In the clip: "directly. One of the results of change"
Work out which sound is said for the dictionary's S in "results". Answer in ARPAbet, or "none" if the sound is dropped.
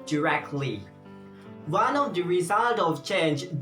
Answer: none